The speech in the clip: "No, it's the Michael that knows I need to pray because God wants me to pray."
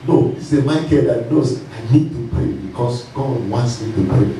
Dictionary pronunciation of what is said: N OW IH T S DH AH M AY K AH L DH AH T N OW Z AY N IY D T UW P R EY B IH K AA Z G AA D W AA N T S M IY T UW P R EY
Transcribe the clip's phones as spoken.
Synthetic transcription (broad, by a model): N OW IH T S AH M AY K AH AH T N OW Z AY N IY D T UW P R EY B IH K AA S G AA D W AA N T S M IY T UW P R EY